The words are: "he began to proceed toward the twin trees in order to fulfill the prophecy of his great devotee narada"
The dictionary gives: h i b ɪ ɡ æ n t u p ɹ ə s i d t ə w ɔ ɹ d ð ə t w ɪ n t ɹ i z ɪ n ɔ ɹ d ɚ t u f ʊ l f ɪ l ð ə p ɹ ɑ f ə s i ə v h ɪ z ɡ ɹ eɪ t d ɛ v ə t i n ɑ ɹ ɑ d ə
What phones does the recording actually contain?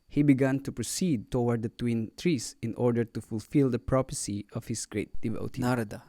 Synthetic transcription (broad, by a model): h i b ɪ ɡ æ n t u p ɹ ə s i d t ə w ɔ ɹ d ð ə t w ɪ n t ɹ i s ɪ n ɔ ɹ d ɚ t u f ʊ l f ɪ l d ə p ɹ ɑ p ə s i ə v h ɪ s ɡ ɹ eɪ t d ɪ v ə t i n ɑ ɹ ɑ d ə